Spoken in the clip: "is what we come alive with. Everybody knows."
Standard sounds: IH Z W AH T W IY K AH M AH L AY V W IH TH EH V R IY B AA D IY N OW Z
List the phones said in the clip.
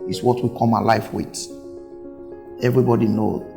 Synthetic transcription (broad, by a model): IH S W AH T W IY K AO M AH L AY F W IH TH EH V R IY B AA D IY N OW